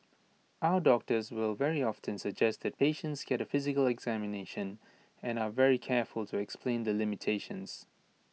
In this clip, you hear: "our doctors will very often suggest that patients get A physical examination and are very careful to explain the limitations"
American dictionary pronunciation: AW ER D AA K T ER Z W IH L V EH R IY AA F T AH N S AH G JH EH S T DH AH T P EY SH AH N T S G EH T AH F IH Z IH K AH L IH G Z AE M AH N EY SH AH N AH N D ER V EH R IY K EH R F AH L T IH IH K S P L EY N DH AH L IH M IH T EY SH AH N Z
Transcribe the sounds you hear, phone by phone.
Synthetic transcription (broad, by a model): AW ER D AA K T ER Z W IH L V EH R IY AA F T AH N S AH G JH EH S T DH AH T P EY SH AH N T S G EH T AH F IH Z IH K AH L IH G Z AE M AH N EY SH AH N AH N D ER V EH R IY K EH R F AH L T IH IH K S P L EY N DH AH L IH M IH T EY SH AH N Z